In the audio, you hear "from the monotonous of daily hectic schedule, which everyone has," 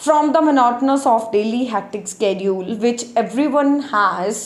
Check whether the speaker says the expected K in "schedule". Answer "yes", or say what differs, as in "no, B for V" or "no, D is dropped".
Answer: yes